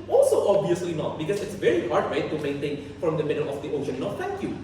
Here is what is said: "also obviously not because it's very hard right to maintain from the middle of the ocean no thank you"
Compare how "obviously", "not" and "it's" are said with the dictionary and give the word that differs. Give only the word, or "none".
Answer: obviously